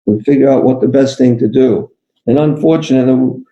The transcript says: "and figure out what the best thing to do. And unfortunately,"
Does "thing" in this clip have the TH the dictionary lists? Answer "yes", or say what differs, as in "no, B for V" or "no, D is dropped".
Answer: yes